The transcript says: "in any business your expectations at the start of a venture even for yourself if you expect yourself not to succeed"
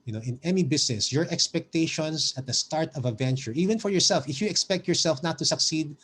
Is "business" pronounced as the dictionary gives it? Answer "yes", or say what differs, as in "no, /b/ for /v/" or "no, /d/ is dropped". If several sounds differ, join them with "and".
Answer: no, /s/ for /z/